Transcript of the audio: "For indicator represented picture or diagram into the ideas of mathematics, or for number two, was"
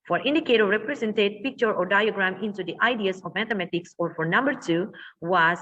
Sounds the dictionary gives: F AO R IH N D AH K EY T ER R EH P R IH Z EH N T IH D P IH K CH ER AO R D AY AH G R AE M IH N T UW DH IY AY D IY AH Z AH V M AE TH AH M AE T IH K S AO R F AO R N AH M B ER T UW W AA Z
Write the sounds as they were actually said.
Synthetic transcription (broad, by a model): F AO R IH N D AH K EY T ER R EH P R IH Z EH N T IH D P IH K CH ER AO R D AY AH G R AE M IH N T UW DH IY AY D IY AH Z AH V M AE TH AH M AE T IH K S AO R F AO R N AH M B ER T UW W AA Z